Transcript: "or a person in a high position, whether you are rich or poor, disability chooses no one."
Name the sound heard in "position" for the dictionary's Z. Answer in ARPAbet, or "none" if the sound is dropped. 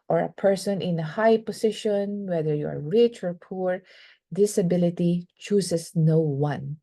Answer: S